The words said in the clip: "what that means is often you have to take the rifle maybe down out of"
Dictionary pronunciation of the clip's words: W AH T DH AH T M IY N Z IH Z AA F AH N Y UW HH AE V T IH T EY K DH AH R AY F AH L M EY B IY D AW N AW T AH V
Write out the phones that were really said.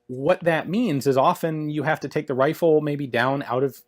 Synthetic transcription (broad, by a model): W AH T DH AH T M IY N Z IH Z AA F AH N Y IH HH AE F T IH T EY K DH AH R AY F L M EY B IY D AW N AW T AH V